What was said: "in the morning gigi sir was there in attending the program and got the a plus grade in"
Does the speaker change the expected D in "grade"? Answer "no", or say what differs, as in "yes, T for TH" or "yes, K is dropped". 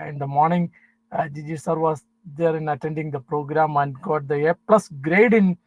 no